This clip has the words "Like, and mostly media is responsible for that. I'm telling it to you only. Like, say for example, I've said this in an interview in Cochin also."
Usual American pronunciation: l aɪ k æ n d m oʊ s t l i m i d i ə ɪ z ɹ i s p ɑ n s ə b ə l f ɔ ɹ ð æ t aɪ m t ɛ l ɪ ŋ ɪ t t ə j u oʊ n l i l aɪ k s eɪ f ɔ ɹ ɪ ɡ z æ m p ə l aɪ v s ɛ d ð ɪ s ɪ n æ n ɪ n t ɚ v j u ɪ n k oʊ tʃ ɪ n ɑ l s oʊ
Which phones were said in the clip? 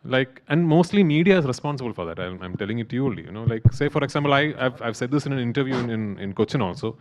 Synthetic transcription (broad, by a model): l aɪ k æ n d m oʊ s t l i m i d i ə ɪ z ɹ i s p ɑ n s ə b ə l f ɔ ɹ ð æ t aɪ m t ɛ l ɪ ŋ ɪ t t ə j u n i l aɪ k s eɪ f ɔ ɹ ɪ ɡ s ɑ m p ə l aɪ v s ɛ d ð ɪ s ɪ n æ n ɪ n t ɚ v j u ɪ n k oʊ tʃ ɪ n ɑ l s oʊ